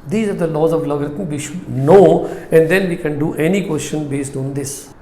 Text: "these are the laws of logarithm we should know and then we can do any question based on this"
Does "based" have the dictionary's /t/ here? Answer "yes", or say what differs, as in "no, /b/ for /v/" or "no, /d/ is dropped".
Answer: yes